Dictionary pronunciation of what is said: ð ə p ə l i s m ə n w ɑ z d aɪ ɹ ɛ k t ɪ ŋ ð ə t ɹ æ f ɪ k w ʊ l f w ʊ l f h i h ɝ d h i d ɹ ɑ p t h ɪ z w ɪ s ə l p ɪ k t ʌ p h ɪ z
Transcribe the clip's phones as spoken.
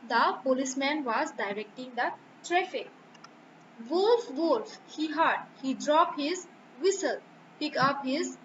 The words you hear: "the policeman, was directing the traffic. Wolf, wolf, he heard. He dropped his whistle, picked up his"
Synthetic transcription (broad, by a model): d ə p ə l i s m ə n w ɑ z d aɪ ɹ ɛ k t ɪ ŋ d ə t ɹ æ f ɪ k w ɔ l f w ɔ l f h i h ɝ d h i d ɹ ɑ p h ɪ z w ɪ s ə l p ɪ k ʌ p h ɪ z